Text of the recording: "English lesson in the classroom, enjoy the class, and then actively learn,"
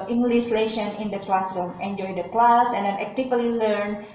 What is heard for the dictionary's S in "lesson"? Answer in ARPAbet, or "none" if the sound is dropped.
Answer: SH